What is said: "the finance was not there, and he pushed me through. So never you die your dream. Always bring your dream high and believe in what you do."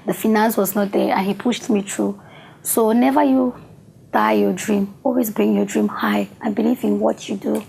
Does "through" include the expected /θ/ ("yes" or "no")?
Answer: no